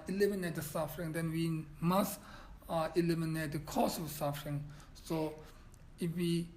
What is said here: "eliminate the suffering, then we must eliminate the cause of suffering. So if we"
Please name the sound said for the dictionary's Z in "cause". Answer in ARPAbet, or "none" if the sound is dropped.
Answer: S